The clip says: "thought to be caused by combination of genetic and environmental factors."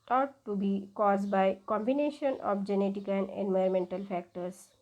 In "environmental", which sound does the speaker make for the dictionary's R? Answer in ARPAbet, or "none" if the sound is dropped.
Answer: none